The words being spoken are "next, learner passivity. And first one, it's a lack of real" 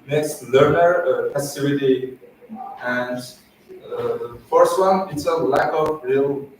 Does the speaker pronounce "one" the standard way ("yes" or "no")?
yes